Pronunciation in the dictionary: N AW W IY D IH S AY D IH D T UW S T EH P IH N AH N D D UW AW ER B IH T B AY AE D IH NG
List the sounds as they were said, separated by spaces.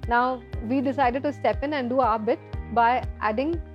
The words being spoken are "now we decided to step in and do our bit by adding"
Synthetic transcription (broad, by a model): N AW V IY D IH S AY D IH D T UW S T EH P IH N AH N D D UW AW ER B IH T B AY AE D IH NG